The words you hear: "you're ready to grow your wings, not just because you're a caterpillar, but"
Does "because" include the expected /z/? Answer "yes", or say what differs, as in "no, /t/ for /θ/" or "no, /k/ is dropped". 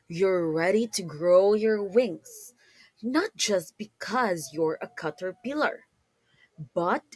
yes